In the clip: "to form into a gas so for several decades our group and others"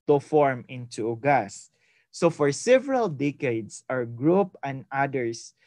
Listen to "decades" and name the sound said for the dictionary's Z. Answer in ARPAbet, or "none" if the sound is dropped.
S